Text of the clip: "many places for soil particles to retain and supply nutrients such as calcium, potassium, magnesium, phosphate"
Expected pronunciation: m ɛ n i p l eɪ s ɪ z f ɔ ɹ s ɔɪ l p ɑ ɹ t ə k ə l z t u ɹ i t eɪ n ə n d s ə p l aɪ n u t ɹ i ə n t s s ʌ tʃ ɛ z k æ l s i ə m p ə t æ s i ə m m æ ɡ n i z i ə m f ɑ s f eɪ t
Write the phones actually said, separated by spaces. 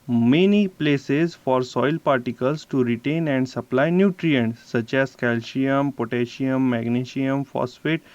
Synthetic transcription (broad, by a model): m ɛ n i p l eɪ s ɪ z f ɔ ɹ s ɔɪ l p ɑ ɹ t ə k ə l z t u ɹ i t eɪ n ə n d s ə p l aɪ n u t ɹ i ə n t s s ʌ tʃ ɛ z k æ l ʃ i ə m p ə t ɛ ʃ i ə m m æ ɡ n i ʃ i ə m f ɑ s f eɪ t